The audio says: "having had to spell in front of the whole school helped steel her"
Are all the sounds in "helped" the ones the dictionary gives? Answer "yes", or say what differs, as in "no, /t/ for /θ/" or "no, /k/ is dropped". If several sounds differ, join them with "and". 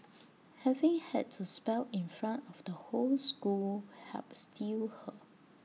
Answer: no, /l/ is dropped